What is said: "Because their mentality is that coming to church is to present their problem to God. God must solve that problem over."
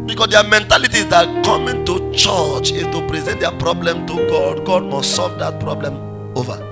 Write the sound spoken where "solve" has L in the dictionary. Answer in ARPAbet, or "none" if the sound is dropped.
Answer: L